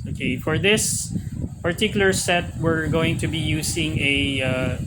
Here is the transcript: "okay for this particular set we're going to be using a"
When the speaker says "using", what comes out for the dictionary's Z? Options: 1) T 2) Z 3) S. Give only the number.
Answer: 3